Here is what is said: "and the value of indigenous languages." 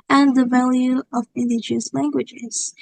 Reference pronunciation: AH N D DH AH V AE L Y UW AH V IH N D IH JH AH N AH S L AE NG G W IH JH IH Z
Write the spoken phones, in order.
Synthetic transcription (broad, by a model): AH N DH AH V AE L Y UW AH V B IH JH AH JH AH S L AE NG G W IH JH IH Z